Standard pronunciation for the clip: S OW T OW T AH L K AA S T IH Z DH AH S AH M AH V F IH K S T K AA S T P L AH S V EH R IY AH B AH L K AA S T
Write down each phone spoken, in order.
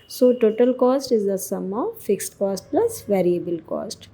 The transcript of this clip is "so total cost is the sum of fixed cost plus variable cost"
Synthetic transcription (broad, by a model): S OW T OW T AH L K AA S T IH Z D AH S AH M AH V F IH K S T K AA S T P L AH S V EH R IY AH B AH L K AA S T